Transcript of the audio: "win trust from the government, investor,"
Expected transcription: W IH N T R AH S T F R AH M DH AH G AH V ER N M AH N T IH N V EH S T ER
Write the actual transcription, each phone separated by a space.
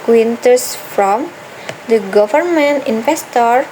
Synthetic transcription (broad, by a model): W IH N T AH S F R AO M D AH G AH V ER N M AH N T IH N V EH S T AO